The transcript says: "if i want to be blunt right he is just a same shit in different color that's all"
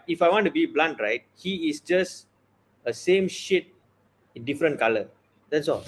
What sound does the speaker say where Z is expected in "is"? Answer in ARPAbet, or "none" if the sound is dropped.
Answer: S